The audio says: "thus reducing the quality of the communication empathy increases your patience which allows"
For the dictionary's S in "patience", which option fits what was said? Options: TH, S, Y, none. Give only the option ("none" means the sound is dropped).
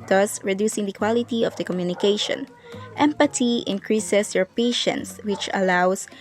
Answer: S